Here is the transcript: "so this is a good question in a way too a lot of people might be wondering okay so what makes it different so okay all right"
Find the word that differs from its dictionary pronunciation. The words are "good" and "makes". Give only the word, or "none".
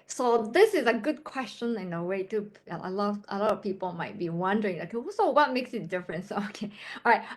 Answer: none